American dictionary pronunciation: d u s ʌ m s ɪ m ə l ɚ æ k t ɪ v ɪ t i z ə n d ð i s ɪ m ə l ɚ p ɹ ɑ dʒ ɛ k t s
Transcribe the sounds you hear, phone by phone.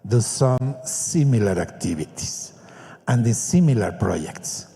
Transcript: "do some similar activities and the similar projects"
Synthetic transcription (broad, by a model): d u s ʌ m s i m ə l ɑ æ k t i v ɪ t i s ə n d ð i s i m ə l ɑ p ɹ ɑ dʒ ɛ k t s